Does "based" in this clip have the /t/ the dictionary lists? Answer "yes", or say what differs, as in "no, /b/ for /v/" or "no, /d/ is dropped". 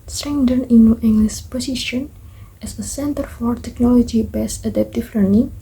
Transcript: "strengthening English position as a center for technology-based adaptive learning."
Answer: no, /t/ is dropped